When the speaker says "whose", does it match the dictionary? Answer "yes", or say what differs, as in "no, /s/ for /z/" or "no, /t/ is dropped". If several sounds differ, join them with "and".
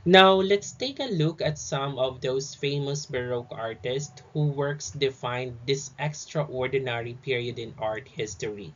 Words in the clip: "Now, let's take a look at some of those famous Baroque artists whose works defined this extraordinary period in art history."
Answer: no, /z/ is dropped